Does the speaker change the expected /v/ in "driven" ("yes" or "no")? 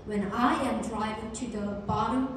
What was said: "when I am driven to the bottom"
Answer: yes